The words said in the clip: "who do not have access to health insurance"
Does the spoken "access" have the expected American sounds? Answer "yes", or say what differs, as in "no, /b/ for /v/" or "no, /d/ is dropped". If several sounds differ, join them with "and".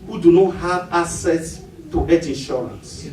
no, /k/ is dropped